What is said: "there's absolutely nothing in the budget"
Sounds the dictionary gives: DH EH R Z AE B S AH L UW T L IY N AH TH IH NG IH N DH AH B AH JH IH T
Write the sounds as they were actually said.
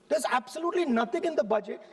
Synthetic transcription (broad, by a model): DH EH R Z AE B S AH L UW T L IY N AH T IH NG IH N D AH B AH JH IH T